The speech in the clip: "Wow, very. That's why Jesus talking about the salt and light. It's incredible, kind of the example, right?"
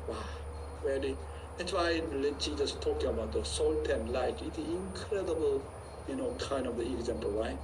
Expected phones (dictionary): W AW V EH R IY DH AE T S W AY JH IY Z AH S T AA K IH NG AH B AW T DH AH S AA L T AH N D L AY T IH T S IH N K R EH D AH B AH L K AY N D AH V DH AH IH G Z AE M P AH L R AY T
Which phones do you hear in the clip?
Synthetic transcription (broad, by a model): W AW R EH L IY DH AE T S W AY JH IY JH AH S T AA K IH NG AH B AW T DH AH S AA L T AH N L AY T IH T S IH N K R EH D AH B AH L K AY N D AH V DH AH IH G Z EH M P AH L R AY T